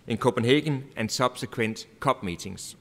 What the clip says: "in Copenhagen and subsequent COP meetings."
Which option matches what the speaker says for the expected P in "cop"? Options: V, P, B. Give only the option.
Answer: B